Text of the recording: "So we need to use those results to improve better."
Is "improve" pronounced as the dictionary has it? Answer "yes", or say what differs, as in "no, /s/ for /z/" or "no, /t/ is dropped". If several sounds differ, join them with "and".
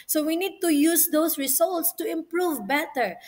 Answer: yes